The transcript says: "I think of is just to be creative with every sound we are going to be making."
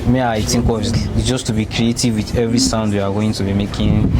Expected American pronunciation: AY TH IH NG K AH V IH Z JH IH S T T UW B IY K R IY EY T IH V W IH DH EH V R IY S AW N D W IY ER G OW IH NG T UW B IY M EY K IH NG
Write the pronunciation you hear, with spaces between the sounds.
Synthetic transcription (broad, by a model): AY T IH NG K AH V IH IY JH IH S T T UW B IY K R IY EY T IH V W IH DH EH V R IY S AW N D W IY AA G OW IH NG T UW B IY M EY K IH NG